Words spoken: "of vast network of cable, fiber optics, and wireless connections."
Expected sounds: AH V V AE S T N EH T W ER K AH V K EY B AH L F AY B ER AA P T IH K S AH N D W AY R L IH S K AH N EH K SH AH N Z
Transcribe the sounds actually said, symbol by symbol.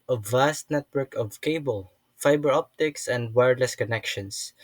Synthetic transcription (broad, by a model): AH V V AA S T N EH T W ER K AH V K EY B AH L F AY B ER AA P T IH K S AH N D W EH R L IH S K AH N EH K SH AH N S